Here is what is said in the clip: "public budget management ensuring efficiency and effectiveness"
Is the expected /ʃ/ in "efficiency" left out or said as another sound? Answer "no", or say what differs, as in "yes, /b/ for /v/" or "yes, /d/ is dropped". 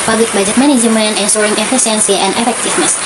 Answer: yes, /s/ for /ʃ/